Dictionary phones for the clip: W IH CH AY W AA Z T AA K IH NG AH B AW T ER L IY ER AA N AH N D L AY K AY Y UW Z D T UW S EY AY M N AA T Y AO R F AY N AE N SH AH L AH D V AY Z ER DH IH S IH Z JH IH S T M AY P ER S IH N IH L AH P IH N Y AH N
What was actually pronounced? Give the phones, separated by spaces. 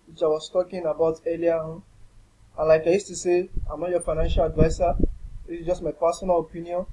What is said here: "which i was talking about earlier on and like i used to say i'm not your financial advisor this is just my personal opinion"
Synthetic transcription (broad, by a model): W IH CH AY W AA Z T AA K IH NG AH B AW T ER L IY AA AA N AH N L AY K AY Y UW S T UW S EY AY M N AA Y AO F AY N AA N SH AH L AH D V AY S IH IH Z JH IH S T M AY P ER S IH N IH L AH P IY N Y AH N